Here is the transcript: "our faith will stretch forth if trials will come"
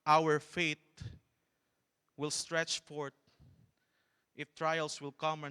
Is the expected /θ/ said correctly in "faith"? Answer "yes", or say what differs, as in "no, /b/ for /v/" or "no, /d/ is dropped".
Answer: no, /t/ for /θ/